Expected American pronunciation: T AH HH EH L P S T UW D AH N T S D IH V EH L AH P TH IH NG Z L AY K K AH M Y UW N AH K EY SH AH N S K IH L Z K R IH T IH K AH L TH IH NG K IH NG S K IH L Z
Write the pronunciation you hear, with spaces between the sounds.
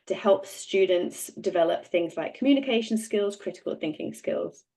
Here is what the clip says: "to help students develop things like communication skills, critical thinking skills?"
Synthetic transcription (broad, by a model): T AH HH EH L P S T UW D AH N T S D IH V EH L AH P TH IH NG Z L AY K K AH M Y UW N AH K EY SH AH N S K IH L Z K R IH T IH K AH L TH IH NG K IH NG S K IH L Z